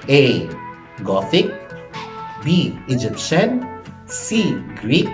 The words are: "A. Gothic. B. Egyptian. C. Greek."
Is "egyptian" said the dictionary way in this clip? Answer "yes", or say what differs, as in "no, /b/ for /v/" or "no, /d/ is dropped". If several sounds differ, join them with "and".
yes